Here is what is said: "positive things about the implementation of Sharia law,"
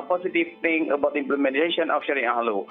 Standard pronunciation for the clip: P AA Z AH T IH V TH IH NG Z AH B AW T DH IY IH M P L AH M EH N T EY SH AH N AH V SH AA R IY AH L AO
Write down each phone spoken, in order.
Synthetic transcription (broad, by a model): P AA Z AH T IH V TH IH NG AH B AW T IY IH M P L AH M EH N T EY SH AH N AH F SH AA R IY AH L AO